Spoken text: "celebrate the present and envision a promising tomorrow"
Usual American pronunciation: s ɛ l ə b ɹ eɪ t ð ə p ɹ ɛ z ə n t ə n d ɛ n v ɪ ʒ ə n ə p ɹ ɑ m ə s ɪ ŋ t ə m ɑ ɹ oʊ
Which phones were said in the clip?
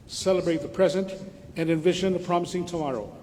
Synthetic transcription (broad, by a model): s ɛ l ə b ɹ eɪ t ð ə p ɹ ɛ z ə n t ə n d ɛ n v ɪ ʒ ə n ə p ɹ ɑ m ə s ɪ ŋ t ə m ɑ ɹ oʊ